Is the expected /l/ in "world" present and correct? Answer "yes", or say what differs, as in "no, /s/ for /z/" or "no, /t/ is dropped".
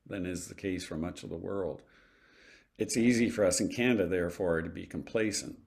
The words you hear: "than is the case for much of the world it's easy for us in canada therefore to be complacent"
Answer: yes